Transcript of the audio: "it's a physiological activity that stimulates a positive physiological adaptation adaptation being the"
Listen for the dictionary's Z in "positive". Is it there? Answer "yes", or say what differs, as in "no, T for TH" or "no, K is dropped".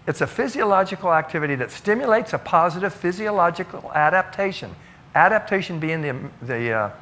yes